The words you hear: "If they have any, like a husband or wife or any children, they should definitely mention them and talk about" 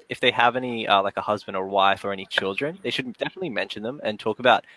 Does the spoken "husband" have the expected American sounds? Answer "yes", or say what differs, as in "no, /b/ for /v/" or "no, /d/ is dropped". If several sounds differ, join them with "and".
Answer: yes